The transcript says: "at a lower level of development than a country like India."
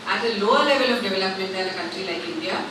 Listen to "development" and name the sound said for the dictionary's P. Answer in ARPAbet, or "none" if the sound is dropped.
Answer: P